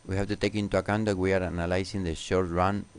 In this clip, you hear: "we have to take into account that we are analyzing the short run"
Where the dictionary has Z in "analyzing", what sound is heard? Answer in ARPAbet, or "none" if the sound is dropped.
S